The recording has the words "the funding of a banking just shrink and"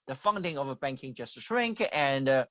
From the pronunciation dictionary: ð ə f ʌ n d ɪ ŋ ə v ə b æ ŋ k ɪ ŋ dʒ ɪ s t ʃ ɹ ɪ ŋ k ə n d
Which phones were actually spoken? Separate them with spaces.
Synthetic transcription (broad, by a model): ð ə f ʌ n d ɪ ŋ ə v ə b æ ŋ k ɪ ŋ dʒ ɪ s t s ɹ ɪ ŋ k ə n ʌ